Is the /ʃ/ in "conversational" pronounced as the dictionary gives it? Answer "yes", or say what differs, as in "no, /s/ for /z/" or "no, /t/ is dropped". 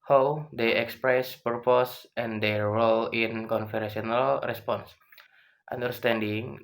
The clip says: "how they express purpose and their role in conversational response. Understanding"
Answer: no, /ʃ/ is dropped